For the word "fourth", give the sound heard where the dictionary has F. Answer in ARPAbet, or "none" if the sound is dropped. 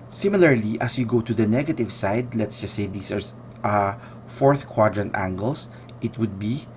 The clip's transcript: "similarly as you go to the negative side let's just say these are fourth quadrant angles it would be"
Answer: F